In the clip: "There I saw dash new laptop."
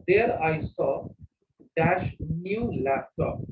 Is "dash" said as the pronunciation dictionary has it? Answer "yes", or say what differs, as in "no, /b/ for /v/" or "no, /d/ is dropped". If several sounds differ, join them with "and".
yes